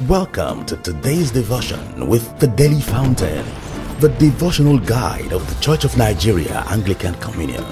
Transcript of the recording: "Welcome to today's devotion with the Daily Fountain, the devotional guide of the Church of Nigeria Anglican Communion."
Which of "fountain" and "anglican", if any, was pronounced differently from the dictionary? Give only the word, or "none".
none